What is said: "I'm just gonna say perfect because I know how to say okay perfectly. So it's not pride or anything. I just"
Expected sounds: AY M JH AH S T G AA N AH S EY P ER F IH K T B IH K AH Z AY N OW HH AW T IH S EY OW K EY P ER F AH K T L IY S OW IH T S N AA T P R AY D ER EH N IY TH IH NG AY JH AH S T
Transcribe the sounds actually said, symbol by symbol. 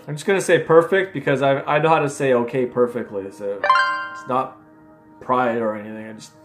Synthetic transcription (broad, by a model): AY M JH AH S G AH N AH S EY P ER F IH K T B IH K AH Z AY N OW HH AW T IH S EY OW K EY P ER F AH K T L IY S OW IH T S N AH T P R AY D ER EH N IY TH IH NG AY JH AH S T